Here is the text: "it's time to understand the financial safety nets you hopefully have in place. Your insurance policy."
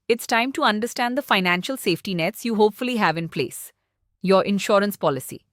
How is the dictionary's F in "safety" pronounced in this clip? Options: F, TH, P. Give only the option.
F